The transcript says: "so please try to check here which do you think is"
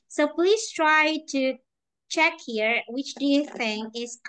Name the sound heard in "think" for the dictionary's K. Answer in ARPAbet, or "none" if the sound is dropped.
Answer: none